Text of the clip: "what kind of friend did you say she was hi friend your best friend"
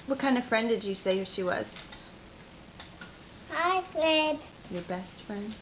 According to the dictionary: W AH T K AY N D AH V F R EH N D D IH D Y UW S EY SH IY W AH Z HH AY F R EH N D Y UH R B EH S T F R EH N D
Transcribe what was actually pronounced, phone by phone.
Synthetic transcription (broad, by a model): W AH T K AY N D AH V F R EH N D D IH Y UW S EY SH IY W AH Z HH AY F L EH D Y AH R B EH S T F R EH N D